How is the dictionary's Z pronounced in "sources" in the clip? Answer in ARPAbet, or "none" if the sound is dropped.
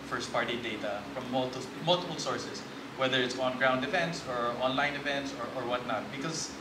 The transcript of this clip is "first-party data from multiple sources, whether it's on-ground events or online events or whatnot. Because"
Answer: S